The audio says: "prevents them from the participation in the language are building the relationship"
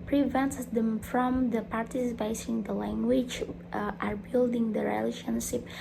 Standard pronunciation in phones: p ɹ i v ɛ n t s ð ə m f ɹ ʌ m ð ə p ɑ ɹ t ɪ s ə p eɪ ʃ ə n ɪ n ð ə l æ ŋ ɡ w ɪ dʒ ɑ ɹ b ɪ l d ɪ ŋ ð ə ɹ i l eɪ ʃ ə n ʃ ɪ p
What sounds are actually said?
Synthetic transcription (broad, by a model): p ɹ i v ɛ n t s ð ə m f ɹ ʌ m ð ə p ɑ ɹ t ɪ s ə p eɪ ə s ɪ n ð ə l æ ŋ ɡ w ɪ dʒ ɑ ɹ b ɪ l d ɪ ŋ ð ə ɹ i l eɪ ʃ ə n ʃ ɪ p